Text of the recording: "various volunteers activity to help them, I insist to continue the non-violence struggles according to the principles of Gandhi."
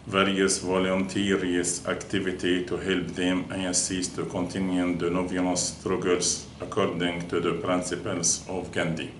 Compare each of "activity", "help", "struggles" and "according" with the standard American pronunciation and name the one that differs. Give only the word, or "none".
struggles